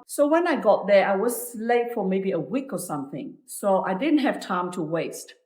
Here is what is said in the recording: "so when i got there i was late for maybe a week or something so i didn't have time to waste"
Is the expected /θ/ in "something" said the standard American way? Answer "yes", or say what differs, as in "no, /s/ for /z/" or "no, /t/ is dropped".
yes